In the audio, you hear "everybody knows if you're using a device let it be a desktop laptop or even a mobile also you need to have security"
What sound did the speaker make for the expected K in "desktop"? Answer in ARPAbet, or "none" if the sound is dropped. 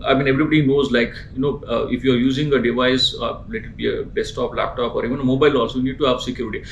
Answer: none